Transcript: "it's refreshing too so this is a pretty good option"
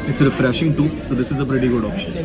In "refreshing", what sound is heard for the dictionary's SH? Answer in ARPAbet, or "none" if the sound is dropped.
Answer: SH